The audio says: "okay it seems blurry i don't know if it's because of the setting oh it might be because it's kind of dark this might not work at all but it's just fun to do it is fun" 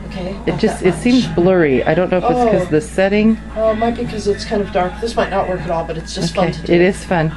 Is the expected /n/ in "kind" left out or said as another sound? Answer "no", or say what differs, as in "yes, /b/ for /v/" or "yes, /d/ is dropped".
no